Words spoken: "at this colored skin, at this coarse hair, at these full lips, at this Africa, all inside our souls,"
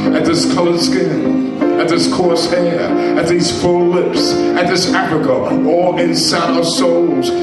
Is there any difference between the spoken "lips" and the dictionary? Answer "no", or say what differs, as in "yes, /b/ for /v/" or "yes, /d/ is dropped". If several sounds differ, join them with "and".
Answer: no